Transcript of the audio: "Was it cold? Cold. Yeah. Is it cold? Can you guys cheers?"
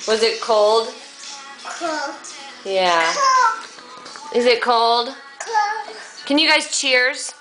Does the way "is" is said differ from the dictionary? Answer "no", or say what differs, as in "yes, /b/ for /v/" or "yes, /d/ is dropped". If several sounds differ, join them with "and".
no